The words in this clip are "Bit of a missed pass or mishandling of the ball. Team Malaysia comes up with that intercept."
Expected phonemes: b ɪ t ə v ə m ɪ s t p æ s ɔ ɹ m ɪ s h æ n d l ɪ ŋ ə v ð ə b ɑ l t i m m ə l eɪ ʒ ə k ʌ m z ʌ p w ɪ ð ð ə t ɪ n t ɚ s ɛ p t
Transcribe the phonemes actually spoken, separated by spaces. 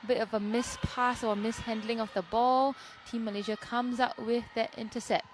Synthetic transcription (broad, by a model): b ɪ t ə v ə m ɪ s p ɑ s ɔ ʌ m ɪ s h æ n d l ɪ ŋ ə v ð ə b ɑ l t i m m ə l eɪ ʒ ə k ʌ m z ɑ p w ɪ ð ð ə t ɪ n t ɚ s ɛ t